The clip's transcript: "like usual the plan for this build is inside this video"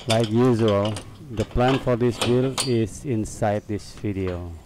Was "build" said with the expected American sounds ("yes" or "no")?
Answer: no